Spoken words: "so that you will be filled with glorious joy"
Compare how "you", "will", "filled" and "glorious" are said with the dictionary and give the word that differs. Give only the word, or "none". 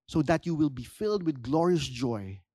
none